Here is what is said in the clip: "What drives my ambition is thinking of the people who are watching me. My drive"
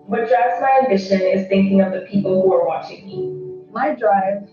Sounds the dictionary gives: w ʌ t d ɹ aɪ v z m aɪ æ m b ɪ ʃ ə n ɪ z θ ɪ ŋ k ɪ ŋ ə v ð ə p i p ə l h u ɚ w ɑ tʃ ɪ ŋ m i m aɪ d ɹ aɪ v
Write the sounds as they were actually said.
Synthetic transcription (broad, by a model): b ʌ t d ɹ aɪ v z m aɪ æ m b ɪ ʃ ə n ɪ z θ ɪ ŋ k ɪ ŋ ə v ð ə p i p l h u ɚ w ɑ tʃ ɪ ŋ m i m aɪ d ɹ aɪ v